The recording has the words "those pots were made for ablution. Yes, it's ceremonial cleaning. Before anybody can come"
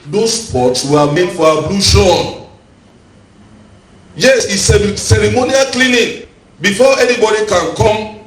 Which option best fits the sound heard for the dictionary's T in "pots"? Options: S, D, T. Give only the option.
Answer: T